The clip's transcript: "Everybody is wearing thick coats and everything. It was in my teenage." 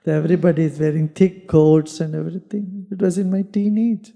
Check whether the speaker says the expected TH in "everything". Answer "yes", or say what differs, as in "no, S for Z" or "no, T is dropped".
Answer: no, T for TH